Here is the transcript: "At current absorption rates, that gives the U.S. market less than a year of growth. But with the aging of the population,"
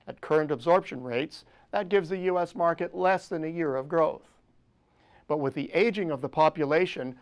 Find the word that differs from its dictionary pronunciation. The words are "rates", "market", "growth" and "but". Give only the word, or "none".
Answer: none